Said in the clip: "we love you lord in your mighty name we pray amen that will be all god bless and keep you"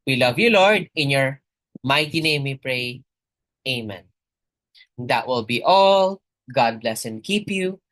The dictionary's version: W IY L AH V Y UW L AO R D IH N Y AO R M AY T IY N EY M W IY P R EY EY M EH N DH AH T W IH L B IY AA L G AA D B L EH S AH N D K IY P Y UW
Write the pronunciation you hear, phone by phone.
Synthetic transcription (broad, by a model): W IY L AH V Y UW L AO R D IH N Y AO R M AY T IY N EY M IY P R EY EY M EH N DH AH T W IH L B IY AA L G AA D B L EH S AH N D K IY P Y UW